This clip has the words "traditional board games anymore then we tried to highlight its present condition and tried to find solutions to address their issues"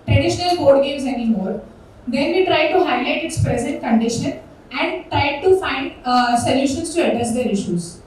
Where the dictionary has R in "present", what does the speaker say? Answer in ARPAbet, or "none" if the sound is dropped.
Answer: R